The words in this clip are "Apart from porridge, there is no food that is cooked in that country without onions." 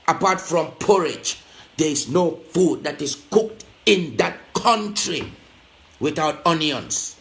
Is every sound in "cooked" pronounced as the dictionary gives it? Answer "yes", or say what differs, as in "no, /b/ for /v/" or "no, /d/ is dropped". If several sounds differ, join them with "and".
yes